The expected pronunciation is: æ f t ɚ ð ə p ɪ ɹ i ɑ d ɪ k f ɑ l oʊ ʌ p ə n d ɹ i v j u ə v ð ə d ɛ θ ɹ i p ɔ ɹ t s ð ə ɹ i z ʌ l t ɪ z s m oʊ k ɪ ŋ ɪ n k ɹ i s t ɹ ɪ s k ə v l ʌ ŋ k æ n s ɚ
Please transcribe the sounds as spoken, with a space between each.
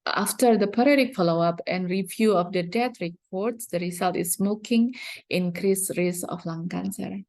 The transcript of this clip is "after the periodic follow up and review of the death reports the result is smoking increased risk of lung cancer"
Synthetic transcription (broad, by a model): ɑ f t ɚ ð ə p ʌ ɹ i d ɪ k f ɑ l oʊ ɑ p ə n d ɹ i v j u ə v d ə d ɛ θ ɹ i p ɔ ɹ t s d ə ɹ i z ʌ l t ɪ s m oʊ k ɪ ŋ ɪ n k ɹ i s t ɹ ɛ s ə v l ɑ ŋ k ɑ n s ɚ